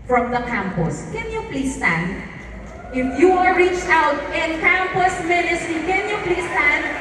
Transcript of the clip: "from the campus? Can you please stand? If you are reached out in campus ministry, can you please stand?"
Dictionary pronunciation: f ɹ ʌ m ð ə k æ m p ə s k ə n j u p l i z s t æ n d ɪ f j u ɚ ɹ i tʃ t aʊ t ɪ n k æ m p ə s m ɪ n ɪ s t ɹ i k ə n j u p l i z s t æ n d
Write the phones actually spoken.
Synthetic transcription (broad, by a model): f ɹ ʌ m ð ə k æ m p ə s k ə n j u p l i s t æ n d ɪ f j u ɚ ɹ i tʃ t aʊ t ɪ n k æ m p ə s m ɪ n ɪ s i k ə n j u p l i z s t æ n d